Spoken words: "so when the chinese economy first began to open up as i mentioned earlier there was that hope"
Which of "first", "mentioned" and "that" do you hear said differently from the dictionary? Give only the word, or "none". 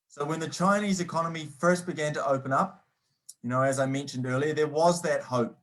none